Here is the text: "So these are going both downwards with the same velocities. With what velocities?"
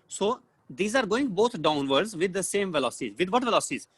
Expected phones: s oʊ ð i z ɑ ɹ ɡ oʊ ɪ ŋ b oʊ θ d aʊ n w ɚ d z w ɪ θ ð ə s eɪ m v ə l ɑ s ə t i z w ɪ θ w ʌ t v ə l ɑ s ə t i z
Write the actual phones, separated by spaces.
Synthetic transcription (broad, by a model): s oʊ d i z ɑ ɹ ɡ oʊ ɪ ŋ b oʊ t d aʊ n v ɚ d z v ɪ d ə s eɪ m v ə l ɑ s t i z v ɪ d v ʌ t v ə l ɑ s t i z